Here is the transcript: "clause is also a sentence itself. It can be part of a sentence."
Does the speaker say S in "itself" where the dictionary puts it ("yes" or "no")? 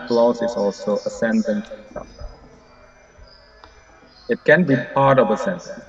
no